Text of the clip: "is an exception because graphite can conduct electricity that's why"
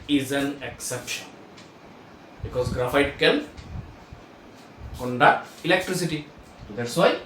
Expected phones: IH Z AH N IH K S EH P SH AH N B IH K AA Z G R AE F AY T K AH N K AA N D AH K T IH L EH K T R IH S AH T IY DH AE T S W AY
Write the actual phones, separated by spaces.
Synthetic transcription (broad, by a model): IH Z AH N IH K S EH P SH AH N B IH K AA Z G R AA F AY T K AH L K AA N D AH K T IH L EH K T R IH S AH T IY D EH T S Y